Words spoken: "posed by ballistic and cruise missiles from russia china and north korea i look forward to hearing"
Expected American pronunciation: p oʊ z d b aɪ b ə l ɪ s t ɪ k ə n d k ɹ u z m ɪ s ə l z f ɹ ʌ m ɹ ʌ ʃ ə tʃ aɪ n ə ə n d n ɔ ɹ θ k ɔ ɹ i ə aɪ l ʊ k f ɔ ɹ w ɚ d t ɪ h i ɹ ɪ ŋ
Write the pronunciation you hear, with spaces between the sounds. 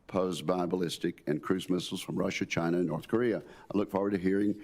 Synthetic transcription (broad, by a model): p oʊ z b aɪ b ə l ɪ s t ɪ k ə n k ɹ u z m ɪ s l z f ɹ ʌ m ɹ ʌ ʃ ə tʃ aɪ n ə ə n n ɔ ɹ θ k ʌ ɹ i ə aɪ l ʊ k f ɔ ɹ w ɚ d t ɪ h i ɹ ɪ ŋ